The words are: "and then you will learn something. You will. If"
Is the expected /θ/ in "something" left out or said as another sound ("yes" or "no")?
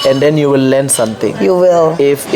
yes